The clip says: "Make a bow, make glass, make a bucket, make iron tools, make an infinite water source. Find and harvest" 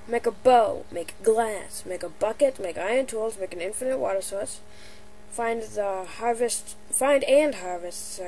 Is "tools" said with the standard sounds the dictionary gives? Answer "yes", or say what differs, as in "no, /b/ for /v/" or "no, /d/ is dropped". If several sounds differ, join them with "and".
yes